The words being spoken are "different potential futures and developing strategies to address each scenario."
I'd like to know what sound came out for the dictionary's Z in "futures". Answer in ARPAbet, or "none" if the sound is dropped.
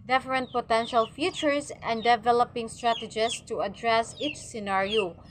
S